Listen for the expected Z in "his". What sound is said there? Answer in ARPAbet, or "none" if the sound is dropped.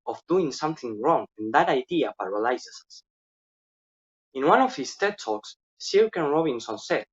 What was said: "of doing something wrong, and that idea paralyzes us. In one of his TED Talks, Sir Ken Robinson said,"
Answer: S